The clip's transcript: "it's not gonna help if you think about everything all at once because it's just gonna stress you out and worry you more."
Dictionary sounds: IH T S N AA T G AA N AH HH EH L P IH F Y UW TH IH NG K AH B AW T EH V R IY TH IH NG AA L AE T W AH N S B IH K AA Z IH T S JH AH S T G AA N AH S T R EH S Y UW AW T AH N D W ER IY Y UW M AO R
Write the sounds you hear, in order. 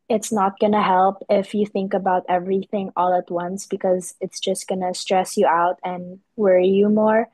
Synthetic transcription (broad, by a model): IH T S N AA T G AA N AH HH EH L P IH F Y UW TH IH NG K AH B AW T EH V R IY TH IH NG AA L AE T W AH N S B IH K AA Z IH T S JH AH S T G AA N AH S T R EH S Y UW AW T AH N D W ER IY Y UW M AO R